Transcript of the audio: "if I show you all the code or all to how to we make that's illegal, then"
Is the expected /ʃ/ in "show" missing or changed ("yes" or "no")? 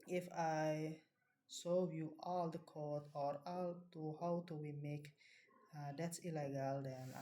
yes